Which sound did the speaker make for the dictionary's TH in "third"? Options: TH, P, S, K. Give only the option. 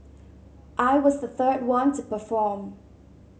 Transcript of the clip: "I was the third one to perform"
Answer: TH